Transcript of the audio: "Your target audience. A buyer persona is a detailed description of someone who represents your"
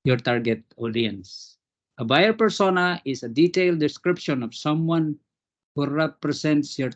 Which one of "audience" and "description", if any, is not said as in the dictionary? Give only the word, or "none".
none